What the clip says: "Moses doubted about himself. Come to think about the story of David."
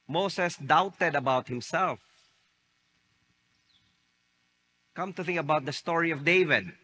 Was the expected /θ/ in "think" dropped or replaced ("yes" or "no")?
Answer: no